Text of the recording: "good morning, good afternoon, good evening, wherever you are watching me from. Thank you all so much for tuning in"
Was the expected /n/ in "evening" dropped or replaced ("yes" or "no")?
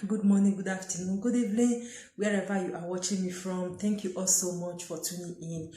yes